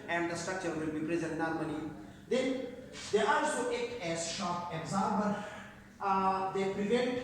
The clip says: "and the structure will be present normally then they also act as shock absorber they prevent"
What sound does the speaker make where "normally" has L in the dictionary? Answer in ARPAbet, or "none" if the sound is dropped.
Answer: N